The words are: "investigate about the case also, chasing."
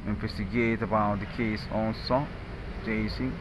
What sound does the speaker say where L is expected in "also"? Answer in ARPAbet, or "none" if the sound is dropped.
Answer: N